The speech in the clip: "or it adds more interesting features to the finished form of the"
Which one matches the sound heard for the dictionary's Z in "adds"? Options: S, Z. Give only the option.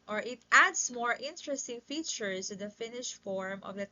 S